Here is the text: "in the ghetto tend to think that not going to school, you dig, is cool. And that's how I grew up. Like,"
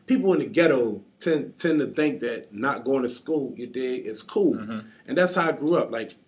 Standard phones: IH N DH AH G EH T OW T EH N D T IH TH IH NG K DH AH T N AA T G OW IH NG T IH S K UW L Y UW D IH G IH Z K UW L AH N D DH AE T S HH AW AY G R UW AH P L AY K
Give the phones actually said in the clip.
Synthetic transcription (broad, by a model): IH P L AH G EH T OW T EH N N T IH TH IH NG K DH AH T N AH T G OW IH NG T IH S K UW L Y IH D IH IH S K UW L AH N DH AE T S HH AW AY G R UW AH P L AY K